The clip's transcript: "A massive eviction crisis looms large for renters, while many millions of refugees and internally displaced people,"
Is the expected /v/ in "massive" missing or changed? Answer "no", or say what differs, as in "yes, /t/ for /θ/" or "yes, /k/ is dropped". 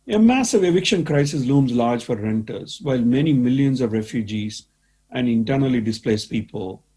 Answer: no